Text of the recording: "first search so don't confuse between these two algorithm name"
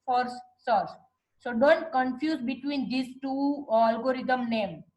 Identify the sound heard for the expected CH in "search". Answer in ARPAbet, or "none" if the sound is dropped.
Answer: S